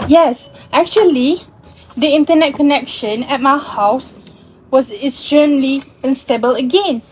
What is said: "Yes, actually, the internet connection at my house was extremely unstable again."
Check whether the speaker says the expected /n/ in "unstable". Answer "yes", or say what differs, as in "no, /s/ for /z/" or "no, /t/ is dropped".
yes